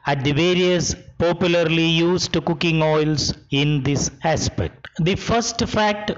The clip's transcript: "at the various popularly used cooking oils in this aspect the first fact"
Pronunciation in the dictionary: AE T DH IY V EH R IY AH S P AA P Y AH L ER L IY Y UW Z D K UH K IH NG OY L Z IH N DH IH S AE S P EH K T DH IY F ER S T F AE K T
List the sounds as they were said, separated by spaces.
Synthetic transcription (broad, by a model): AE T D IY V EH R IY AH S P AA P Y AH L ER L IY Y UW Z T K UH K IH NG OY L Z IH N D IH S AE S P EH K T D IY F ER S T F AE K T